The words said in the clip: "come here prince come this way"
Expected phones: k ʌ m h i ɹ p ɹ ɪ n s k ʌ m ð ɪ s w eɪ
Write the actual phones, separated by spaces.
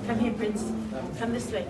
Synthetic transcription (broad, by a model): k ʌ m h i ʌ p ɹ ɪ n s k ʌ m ð ɪ s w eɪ